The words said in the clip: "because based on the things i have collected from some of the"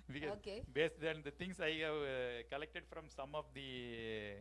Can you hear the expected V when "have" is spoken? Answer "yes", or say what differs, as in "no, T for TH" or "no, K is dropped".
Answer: yes